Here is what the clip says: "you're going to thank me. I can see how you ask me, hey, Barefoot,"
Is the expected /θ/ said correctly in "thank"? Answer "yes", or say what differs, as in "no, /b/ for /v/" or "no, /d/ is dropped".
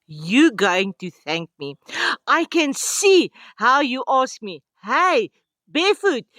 yes